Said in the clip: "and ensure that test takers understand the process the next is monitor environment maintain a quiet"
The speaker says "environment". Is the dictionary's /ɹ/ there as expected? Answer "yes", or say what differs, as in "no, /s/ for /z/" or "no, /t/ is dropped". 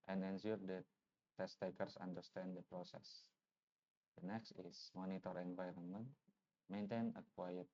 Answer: yes